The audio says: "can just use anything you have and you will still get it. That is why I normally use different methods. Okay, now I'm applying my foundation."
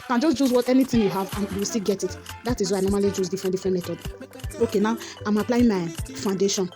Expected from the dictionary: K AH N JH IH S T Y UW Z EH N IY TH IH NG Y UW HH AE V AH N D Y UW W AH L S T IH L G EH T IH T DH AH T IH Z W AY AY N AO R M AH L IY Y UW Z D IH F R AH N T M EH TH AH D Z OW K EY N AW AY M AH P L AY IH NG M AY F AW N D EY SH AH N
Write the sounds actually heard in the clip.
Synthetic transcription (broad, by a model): K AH N JH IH S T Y UW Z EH N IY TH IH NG Y UW HH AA V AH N Y UW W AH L S T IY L G EH T IH T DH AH T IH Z W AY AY N AO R M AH L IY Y UW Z D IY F R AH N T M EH T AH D OW K EY N AW AY M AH P L AY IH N M AY F AW N D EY SH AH N